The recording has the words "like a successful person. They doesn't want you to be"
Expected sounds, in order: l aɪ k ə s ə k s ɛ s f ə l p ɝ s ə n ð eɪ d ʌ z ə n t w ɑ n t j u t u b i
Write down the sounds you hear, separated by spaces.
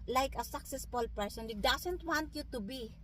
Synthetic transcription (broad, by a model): l aɪ k ə s ə k s ɛ s f ə l p ɝ s ə n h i d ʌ s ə n t w ɑ n t j u t u b i